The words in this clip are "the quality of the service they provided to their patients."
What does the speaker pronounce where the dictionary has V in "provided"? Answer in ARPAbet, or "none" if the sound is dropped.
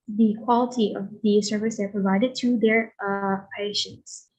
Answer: V